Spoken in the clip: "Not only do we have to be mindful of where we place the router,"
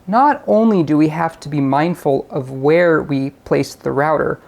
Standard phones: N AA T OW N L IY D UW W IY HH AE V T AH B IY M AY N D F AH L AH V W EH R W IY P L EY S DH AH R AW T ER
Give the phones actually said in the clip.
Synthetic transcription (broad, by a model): N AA T OW N L IY D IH W IY HH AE F T AH B IY M AY N D F AH L AH V W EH R W IY P L EY S DH AH R AW T ER